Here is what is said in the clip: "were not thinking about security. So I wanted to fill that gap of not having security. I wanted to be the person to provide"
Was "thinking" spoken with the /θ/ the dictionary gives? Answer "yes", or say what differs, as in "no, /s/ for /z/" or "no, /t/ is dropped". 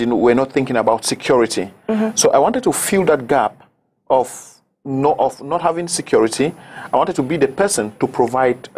yes